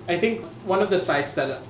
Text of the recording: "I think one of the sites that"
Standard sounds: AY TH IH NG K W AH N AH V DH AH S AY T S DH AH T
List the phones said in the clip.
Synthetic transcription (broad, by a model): AY T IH NG K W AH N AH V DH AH S AY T S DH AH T